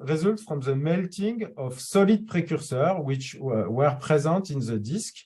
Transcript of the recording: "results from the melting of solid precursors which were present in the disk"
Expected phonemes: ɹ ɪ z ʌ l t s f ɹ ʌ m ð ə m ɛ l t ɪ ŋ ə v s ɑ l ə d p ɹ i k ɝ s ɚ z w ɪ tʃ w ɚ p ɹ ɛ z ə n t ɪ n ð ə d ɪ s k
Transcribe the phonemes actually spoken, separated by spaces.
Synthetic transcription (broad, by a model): ɹ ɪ z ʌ l t f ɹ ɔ m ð ə m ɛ l t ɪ ŋ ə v s ɑ l ə d p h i k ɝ s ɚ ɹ w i tʃ w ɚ p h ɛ z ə t ɪ n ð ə d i s k